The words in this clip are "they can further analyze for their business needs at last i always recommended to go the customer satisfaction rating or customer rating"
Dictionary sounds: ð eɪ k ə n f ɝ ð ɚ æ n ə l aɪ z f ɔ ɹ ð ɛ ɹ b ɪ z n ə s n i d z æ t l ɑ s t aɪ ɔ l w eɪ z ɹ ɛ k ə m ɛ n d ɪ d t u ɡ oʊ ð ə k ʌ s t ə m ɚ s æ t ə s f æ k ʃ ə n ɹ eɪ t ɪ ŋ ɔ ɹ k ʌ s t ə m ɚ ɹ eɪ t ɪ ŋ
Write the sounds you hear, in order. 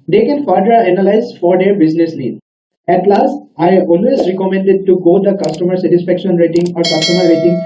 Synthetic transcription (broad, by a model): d eɪ k ə n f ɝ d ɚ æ n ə l aɪ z f ɔ ɹ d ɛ ɹ b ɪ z n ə s l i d æ t l ɑ s t aɪ ɔ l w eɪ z ɹ ɛ k ə m ɛ n d ɪ d t u ɡ oʊ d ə k ʌ s t ə m ɚ s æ t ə s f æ k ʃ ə n ɹ eɪ t ɪ ŋ ɔ ɹ k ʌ s t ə m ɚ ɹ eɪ t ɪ ŋ